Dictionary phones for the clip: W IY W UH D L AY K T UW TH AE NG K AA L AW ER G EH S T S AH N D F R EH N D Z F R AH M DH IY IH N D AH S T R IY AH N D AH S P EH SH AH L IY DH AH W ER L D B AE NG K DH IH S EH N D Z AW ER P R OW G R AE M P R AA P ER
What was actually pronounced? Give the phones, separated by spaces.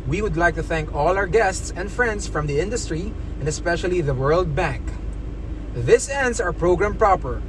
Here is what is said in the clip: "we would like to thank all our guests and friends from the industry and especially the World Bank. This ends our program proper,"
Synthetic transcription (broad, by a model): W IY W UH D L AY K T UW TH AE NG K AA L AW ER G EH S T S AH N D F R EH N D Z F R AH M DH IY IH N D AH S T R IY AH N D AH S P EH SH AH L IY DH AH W ER L D B AE NG K DH IH S EH N D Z AW ER P R OW G R AE M P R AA P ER